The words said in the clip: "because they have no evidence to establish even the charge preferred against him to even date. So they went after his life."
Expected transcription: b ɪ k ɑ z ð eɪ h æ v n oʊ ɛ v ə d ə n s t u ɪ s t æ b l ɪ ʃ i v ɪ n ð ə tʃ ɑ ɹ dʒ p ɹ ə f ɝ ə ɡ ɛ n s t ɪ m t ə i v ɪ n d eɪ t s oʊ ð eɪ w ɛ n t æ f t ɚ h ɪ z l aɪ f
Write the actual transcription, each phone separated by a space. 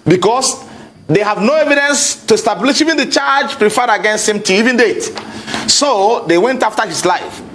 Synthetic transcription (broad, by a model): b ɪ k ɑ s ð eɪ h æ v n oʊ ɛ v ə d ə n s t u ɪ s t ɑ b l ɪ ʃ i v ɪ n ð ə tʃ ɑ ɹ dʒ p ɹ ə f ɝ ə ɡ ɛ n s t ɪ m t ə i v ɪ n d eɪ t s oʊ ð eɪ w ɛ n t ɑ f t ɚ h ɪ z l aɪ f